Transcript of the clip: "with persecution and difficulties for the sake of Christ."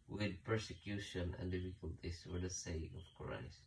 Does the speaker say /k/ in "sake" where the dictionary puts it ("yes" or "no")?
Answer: no